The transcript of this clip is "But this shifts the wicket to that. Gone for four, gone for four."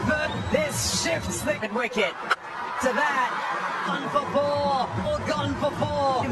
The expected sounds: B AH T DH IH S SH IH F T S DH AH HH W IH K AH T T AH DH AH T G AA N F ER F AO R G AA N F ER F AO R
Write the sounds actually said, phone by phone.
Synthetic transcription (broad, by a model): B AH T DH IH S SH IH F T S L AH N W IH K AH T T AH DH AH T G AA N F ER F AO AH G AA N F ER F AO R